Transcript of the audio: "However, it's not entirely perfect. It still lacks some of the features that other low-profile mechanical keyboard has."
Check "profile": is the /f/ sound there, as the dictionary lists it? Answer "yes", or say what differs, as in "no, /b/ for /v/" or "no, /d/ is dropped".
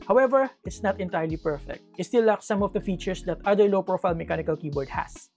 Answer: yes